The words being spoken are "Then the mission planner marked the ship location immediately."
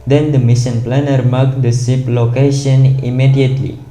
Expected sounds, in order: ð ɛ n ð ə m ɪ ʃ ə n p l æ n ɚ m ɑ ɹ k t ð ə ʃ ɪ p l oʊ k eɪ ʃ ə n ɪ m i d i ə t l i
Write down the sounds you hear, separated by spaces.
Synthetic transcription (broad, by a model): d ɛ n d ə m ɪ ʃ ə n p l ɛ n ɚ m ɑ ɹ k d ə s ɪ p l oʊ k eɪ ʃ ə n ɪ m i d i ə t l i